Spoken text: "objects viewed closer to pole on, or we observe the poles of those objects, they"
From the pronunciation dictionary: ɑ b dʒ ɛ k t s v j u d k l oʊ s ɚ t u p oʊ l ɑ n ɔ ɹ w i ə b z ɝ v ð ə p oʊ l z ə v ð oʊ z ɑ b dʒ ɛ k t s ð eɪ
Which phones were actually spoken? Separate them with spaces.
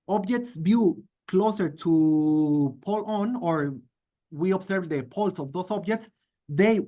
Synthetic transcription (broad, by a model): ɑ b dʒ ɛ k t s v j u k l oʊ s ɚ t u p oʊ l ɑ n ɔ ɹ w i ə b s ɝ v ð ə p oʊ l s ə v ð oʊ s ɑ b dʒ ɛ k t s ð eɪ